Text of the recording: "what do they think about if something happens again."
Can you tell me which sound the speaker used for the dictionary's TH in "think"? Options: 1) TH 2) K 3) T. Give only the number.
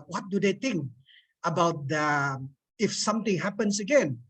3